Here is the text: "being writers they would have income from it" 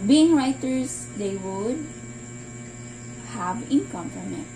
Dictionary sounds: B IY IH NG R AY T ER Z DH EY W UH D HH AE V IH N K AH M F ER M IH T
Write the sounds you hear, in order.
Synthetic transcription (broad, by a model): B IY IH NG R AY T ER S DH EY W UH D HH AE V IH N K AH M P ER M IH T